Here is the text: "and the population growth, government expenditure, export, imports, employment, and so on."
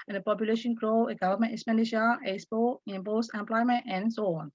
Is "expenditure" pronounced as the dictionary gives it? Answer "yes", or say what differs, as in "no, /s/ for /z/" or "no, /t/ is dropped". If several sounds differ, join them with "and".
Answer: no, /k/ is dropped and /ʃ/ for /tʃ/